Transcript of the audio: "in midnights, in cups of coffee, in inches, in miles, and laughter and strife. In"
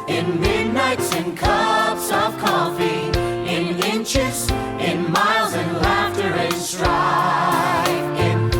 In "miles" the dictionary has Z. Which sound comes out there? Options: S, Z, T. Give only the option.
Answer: Z